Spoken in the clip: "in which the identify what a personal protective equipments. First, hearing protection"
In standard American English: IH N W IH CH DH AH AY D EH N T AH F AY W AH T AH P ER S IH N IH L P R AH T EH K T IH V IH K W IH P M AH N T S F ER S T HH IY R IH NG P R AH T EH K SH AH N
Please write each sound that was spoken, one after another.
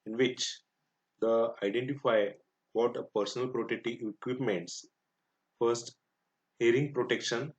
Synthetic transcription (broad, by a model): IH N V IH CH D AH AY D EH N T AH F AY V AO T AH P ER S IH N IH L P R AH T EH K T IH IH K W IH P M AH N T S F ER S T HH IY R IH NG P R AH T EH K SH AH N